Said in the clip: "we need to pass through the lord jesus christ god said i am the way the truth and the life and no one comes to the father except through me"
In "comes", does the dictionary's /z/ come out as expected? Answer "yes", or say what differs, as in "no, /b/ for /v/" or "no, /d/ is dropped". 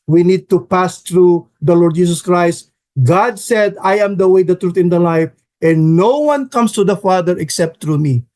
no, /s/ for /z/